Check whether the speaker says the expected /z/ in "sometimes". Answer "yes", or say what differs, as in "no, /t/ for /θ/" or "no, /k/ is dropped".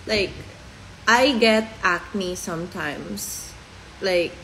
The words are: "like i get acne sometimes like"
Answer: no, /s/ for /z/